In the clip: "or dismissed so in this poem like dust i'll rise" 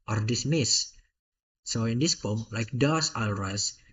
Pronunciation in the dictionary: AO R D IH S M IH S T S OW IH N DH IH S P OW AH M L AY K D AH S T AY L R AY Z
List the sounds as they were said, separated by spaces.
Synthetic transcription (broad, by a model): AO R D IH S M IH S S OW IH N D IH S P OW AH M L AY K D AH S AY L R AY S